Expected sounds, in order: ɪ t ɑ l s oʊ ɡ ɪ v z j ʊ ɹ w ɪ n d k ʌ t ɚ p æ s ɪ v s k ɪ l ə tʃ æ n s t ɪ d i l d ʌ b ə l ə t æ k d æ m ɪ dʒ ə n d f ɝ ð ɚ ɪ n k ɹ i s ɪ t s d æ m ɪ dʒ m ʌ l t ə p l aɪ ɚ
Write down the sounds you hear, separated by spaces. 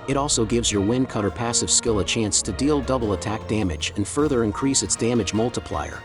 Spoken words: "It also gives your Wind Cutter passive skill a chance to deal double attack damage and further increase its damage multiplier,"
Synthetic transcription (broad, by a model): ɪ t ɑ l s oʊ ɡ ɪ v z j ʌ ɹ w ɪ n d k ʌ t ɚ p æ s ɪ v s k ɪ l ə tʃ æ n s t ɪ d i l d ʌ b l ə t æ k d æ m ɪ dʒ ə n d f ɝ ð ɚ ɪ n k ɹ i s ɪ t s d æ m ɪ dʒ m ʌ l t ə p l aɪ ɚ